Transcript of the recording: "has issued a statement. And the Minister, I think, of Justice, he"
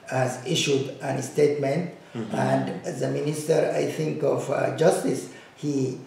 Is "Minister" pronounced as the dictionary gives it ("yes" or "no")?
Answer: yes